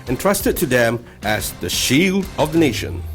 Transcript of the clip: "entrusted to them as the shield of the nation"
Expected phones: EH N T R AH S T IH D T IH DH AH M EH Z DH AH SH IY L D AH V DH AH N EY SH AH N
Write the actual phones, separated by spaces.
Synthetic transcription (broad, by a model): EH N T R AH S T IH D T IH DH AH M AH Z DH AH SH IY L D AH V DH AH N EY SH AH N